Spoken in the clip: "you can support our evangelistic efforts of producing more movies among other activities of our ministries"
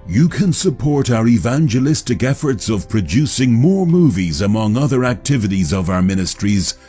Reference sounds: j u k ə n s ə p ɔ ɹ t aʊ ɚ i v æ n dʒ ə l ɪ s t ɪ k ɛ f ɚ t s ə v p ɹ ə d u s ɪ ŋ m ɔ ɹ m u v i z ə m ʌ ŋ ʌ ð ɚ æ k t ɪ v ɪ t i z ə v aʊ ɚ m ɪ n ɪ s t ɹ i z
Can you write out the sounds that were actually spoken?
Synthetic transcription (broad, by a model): j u k ə n s ə p ɔ ɹ t aʊ ɚ i v æ n dʒ ə l ɪ s t ɪ k ɛ f ɚ t s ə v p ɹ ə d u s ɪ ŋ m ɔ ɹ m u v i z ə m ʌ ŋ ʌ ð ɚ æ k t ɪ v ɪ t i z ə v aʊ ɚ m ɪ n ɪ s t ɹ i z